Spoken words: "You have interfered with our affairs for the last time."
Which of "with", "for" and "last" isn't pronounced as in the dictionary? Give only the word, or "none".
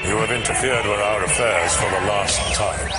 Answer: none